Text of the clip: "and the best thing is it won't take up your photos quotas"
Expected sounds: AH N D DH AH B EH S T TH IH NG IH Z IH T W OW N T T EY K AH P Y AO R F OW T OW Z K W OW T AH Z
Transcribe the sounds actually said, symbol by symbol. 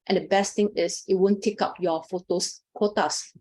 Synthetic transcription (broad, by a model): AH N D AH B EH S T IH NG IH S IH T W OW N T T EY K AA P Y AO F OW T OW S K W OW T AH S